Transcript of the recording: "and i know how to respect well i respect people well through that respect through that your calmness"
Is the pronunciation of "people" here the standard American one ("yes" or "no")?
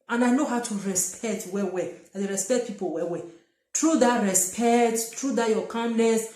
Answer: no